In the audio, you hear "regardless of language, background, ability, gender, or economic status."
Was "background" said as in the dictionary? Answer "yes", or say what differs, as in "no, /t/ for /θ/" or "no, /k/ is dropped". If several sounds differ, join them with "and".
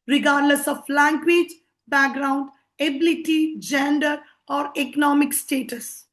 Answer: yes